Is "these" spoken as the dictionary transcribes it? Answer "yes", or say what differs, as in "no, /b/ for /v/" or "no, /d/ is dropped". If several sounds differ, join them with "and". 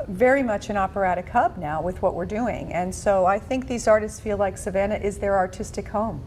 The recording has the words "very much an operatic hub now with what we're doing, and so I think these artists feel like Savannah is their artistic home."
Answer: yes